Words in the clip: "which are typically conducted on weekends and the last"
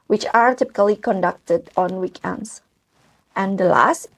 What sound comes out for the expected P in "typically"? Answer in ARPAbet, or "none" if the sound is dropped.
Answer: P